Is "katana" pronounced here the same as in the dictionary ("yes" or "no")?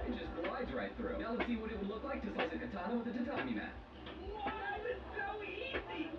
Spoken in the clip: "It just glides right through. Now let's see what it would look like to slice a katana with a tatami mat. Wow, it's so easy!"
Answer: no